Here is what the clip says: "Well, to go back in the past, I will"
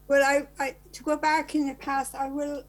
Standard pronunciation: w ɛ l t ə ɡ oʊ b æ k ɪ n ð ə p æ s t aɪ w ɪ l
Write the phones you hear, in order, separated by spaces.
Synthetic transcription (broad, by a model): w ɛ l t ə ɡ oʊ b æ k ɪ n ð ə p æ s t aɪ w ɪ l